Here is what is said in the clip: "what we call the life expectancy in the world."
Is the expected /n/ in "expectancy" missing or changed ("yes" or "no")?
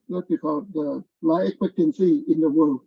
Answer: no